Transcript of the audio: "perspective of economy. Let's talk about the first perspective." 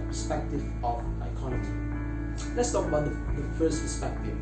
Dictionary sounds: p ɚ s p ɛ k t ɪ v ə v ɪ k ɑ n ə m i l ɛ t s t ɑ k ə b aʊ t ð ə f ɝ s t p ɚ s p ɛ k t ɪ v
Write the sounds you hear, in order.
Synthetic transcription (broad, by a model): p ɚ s p ɛ k t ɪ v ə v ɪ k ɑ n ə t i l ɛ t s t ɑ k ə ʌ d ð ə f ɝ s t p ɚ s p ɛ k t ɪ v